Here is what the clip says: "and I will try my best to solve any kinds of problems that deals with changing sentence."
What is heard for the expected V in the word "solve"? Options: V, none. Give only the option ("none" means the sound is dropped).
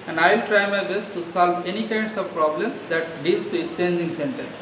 V